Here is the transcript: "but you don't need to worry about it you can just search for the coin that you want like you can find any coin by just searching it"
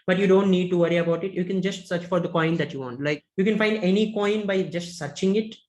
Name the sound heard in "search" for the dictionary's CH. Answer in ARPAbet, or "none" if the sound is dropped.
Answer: CH